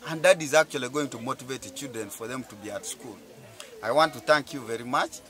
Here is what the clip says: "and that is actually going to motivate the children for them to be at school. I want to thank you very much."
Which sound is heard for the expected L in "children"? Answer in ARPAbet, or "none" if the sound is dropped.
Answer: none